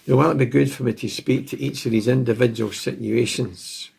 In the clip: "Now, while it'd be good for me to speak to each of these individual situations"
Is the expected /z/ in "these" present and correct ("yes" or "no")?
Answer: yes